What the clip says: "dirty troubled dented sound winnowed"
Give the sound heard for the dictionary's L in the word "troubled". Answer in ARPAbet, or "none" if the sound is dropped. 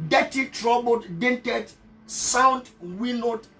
none